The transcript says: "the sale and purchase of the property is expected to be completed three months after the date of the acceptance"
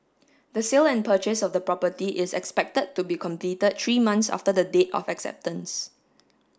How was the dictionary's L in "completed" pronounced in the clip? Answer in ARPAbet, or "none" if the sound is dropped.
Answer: L